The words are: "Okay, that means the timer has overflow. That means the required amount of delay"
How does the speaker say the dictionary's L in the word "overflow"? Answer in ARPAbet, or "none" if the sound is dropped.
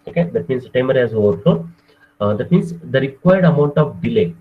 none